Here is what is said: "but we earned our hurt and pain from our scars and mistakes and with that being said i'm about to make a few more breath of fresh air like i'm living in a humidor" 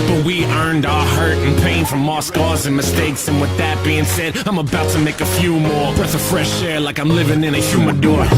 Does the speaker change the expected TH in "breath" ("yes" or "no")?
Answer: yes